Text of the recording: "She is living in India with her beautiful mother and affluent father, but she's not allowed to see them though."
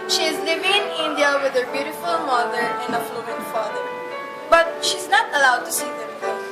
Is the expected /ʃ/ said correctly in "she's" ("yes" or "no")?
yes